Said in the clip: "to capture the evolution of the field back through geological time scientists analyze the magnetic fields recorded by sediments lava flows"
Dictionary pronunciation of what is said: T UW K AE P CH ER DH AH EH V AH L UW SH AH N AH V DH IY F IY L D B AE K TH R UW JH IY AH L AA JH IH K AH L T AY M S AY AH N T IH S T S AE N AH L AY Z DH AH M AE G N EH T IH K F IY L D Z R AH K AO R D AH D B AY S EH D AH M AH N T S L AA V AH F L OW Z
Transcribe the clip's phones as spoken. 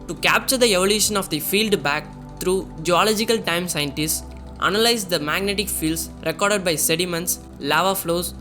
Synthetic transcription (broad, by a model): T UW K AE P CH ER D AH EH V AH L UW SH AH N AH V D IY F IY L D B AE K T R UW JH IY AH L AA JH IH K AH L T AY M S AY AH N T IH S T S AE N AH L AY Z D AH M AE G N EH T IH K F IY L D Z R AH K AO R D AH D B AY S EH D AH M AH N T S L AA V AH F L OW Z